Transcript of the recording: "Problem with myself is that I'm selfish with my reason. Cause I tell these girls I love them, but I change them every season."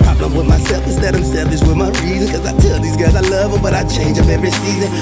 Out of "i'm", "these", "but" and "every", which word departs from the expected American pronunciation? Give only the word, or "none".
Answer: none